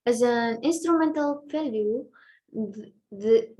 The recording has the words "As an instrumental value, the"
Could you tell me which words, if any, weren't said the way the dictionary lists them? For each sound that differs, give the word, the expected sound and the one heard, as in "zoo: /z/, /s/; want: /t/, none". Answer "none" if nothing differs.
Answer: none